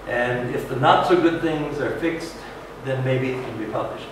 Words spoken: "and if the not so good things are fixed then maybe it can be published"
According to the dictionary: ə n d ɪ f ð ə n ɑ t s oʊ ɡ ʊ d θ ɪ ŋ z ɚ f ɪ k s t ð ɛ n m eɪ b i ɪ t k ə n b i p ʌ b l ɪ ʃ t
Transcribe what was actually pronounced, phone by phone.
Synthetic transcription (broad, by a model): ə n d ɪ f ð ə n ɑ t s oʊ ɡ ʊ d θ ɪ ŋ z ɚ f ɪ k s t ð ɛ n m eɪ b i ɪ t k ə n b i p ʌ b l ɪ ʃ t